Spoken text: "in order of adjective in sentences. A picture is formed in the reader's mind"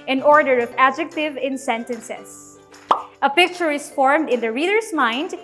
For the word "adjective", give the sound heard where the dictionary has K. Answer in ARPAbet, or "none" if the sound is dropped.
K